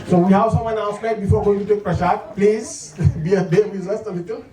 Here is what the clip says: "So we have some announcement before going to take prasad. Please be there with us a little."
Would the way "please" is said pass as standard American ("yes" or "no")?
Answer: yes